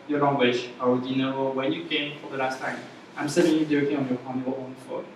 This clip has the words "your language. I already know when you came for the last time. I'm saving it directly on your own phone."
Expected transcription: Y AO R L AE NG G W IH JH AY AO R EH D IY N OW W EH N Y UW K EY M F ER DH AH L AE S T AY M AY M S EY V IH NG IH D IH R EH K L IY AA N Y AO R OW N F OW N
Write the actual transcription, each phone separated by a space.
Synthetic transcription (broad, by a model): Y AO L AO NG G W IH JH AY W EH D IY N OW W EH N Y UW K EY M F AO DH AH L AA S T AY M AY M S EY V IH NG IH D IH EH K IY AA N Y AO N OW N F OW